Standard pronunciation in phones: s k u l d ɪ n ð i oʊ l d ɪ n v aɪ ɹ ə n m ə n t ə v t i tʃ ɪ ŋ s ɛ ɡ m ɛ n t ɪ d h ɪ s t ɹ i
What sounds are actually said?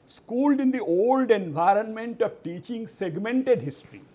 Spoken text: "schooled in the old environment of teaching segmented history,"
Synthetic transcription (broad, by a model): s k u l d ɪ n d i oʊ l d ɪ n v aɪ ɹ ə n m ə n t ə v t i tʃ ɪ ŋ s ɛ ɡ m ɛ n t ɪ d h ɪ s t ɹ i